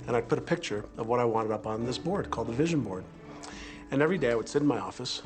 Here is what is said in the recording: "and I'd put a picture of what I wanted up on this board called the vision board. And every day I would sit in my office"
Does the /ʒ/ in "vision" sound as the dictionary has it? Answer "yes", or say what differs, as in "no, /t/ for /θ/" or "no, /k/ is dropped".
yes